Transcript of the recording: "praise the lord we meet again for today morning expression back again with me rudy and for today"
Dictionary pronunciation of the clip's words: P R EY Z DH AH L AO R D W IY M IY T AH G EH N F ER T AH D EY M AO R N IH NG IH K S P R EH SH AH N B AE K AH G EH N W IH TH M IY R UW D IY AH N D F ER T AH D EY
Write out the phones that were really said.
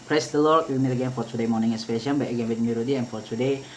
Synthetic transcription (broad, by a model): P R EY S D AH L AO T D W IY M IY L AH G EH N F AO T AH D EY M AO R N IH NG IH S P EH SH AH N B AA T AH G EH N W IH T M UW R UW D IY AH N F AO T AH D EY